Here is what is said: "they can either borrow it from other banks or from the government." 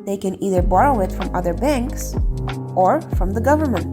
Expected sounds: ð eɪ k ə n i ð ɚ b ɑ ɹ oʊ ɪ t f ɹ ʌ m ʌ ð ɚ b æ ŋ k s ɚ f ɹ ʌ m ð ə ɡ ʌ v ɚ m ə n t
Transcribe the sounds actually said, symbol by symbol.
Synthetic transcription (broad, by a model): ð eɪ k ə n i ð ɚ b ɑ ɹ oʊ ɪ t f ɹ ʌ m ʌ ð ɚ b æ ŋ k s ɚ f ɹ ʌ m ð ə ɡ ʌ v ɚ m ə n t